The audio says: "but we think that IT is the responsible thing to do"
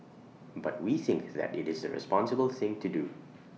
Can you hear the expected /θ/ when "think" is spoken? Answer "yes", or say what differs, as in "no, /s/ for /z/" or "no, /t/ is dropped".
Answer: yes